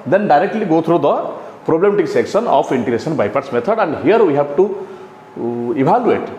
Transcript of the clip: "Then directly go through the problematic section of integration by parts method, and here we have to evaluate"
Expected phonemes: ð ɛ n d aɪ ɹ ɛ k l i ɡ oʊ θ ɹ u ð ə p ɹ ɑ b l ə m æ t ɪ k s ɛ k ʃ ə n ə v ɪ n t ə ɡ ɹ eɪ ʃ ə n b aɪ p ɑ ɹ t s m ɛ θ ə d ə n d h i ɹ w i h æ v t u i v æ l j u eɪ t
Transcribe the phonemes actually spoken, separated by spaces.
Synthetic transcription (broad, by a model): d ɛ n d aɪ ɹ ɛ k l i ɡ oʊ t ɹ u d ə p ɹ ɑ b l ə m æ t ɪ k s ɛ k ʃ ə n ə p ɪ n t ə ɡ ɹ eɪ s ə n b aɪ p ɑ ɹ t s m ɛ t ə d ə n d h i ɹ w i h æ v t u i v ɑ l j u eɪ t